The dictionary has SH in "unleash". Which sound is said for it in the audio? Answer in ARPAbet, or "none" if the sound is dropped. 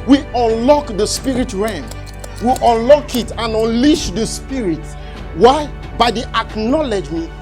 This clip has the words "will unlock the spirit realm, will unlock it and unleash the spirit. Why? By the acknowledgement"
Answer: SH